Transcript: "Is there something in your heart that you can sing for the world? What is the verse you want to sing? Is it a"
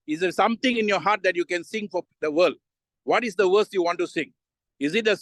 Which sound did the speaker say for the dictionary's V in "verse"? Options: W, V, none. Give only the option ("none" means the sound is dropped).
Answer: W